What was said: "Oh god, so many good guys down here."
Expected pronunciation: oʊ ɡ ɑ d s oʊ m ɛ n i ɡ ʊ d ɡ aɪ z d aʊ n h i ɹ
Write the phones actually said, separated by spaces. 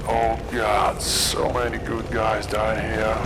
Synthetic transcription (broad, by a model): oʊ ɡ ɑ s s oʊ m ɛ n i ɡ ʊ d ɡ aɪ z d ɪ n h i ɹ